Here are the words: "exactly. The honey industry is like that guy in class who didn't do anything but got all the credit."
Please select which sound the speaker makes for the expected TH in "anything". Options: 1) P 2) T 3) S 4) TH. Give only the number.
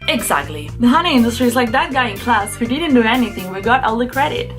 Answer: 4